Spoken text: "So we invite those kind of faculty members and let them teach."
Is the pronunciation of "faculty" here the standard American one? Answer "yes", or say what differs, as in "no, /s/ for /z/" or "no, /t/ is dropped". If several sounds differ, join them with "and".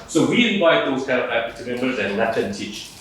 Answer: no, /l/ is dropped